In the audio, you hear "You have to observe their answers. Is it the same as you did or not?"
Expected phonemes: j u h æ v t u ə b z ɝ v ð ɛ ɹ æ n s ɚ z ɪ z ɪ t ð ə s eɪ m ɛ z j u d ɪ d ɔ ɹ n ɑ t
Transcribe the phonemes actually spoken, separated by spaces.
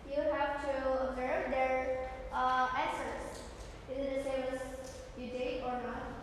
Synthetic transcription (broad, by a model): j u h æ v t u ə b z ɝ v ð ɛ ɹ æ s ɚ s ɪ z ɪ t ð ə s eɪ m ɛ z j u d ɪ ɔ ɹ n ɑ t